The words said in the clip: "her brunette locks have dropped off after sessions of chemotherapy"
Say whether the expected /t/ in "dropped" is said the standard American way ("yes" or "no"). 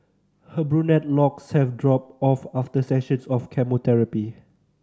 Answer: no